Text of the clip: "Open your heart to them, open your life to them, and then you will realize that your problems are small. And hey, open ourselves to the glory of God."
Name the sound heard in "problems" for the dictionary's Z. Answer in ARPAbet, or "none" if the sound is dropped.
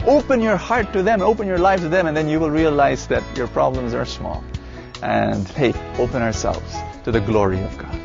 Z